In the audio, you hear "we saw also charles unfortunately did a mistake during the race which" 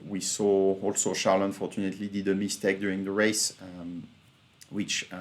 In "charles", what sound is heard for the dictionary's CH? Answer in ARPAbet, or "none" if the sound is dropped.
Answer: SH